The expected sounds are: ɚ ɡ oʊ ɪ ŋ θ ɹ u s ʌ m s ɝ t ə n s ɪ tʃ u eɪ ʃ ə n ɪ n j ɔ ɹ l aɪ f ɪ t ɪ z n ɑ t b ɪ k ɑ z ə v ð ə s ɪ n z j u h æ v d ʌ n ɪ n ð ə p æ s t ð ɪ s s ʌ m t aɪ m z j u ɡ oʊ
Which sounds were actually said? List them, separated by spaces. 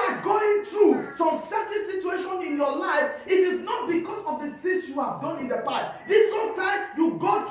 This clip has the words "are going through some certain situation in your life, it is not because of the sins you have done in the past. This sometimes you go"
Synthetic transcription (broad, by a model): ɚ ɡ oʊ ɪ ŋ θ ɹ u s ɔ m s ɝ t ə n s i tʃ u eɪ ʃ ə n ɪ n j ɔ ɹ l aɪ f ɪ t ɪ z n ɑ t b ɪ k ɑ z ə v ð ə θ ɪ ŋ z j u h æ v d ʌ n ɪ n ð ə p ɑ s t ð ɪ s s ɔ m t aɪ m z j u ɡ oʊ